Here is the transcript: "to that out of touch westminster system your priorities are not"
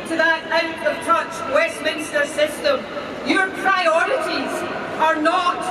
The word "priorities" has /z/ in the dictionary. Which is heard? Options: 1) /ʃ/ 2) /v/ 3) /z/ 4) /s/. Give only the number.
3